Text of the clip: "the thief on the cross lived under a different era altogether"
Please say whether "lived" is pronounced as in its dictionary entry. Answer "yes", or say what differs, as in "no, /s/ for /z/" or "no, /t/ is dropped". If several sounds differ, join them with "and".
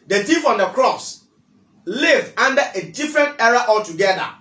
no, /d/ is dropped